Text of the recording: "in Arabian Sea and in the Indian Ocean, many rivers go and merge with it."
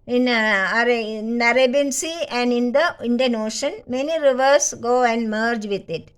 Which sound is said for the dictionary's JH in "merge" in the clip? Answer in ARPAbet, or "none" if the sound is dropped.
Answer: JH